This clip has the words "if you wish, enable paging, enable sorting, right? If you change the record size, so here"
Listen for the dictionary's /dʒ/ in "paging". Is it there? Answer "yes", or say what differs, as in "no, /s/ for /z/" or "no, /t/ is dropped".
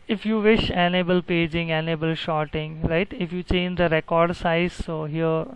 yes